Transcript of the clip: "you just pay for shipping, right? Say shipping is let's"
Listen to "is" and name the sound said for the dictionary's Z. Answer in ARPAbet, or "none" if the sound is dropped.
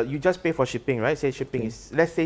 S